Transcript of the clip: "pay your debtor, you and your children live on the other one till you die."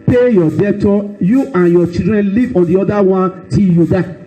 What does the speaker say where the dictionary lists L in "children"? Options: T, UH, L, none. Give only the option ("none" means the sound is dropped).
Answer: none